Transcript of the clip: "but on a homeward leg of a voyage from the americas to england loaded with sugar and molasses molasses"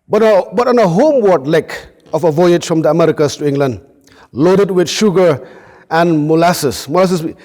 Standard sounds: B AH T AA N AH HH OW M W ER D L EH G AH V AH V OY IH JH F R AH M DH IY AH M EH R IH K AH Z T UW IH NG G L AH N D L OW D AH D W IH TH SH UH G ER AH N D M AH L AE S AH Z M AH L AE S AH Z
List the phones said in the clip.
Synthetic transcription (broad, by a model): B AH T AA N AH HH OW M W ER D L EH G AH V AH V OY IH JH F R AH M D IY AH M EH R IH K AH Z T UW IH NG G L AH N D L OW D AH D W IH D SH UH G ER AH N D M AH L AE S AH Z M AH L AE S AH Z